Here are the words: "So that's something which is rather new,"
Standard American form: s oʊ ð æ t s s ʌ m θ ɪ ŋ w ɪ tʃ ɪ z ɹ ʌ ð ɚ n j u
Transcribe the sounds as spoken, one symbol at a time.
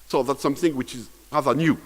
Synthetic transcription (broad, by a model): s oʊ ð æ t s s ʌ m θ ɪ ŋ w ɪ tʃ ɪ z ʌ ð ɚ n j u